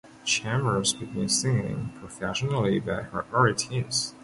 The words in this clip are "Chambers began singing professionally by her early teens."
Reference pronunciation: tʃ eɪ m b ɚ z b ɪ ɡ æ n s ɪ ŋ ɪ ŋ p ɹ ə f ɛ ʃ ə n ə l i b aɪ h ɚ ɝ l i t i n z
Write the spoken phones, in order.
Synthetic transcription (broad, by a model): tʃ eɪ m ɚ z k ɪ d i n s ɪ ŋ ɪ ŋ p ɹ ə f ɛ ʃ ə n l i b aɪ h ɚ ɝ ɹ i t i z